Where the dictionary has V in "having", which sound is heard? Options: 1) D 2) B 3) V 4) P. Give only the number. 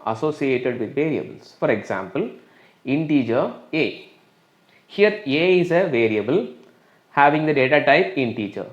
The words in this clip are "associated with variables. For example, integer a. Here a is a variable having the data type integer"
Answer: 3